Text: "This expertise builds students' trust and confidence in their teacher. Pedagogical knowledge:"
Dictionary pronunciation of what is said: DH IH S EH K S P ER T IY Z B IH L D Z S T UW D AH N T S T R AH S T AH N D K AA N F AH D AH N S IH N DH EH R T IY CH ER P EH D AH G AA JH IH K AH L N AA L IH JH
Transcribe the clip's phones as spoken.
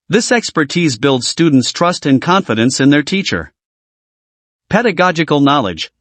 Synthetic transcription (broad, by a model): DH IH S EH K S P ER T IY Z B IH L D Z S T UW D N T S T R AH S T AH N K AA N F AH D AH N S IH N DH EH R T IY CH ER P EH D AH G AA JH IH K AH L N AA L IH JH